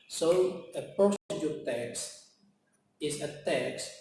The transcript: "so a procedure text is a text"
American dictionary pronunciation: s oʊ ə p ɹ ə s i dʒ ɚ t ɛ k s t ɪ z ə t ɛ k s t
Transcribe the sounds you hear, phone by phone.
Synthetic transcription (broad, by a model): s oʊ ə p ə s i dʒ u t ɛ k s ɪ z ə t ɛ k s